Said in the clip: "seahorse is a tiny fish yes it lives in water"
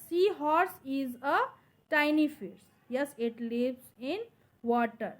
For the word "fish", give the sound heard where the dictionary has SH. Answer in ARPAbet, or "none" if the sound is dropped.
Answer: S